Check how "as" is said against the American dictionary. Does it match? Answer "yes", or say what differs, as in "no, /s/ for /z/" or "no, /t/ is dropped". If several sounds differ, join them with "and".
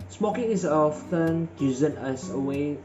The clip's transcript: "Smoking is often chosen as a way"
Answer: no, /s/ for /z/